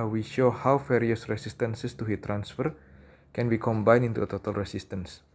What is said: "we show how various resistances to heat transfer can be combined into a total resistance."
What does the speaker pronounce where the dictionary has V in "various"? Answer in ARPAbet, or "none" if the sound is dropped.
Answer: F